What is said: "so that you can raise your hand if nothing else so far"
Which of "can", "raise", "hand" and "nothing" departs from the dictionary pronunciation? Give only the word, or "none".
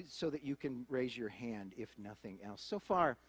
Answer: none